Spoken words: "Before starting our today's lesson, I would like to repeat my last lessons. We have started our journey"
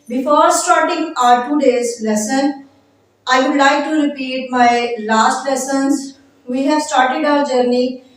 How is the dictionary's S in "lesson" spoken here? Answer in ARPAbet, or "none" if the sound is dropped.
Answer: S